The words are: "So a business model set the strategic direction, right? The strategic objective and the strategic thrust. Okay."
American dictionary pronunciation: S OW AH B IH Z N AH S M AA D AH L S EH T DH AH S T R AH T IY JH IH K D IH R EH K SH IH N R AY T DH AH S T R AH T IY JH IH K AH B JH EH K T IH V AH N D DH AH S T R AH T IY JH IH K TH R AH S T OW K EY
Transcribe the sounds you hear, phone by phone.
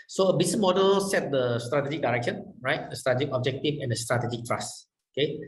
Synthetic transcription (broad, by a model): S OW AH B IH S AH M AA D AH L S EH T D AH S T R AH T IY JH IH K D IH R EH K SH IH N R AY T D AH S T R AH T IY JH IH K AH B JH EH K T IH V AH N D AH S T R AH T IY JH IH K T R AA S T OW K EY